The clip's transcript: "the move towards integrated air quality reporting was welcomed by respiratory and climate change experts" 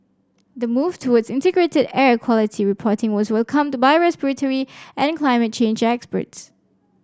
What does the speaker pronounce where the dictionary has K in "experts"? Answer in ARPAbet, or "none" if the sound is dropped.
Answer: K